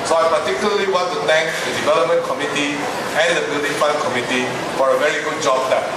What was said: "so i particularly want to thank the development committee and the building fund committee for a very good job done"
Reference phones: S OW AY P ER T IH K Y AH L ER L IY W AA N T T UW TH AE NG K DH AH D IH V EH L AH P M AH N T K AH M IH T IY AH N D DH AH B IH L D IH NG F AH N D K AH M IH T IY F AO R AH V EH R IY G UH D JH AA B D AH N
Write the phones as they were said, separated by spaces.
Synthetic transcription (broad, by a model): S OW AY P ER T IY K Y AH L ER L IY W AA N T T UW T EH NG K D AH D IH V EH L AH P M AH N K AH M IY T IY AH N D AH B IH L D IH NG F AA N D K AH M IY T IY F AO R AH V EH R IY G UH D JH AA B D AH